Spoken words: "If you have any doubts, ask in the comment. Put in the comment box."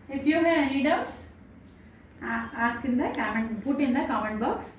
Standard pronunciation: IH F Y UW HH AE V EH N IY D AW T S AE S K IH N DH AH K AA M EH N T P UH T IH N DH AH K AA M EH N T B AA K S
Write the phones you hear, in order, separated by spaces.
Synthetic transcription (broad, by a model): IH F Y UW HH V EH L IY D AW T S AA S K IH N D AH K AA M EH N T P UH T IH N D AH K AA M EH N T B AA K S